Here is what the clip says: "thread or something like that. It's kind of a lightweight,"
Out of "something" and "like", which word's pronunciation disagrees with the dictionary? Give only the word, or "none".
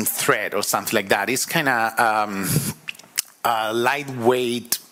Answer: none